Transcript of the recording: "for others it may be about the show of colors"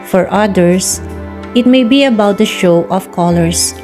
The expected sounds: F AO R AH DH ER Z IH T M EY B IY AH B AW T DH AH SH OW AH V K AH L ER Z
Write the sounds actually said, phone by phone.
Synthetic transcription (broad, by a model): F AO R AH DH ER S IH T M EY B IY AH B AW T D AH SH OW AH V K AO L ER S